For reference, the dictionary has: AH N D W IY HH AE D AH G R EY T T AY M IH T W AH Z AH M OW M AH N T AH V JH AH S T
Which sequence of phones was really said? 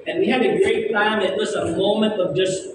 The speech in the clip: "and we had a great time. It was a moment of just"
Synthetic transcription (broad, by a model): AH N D W IY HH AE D AH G R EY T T AY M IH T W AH S AH M OW M AH N T AH V JH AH S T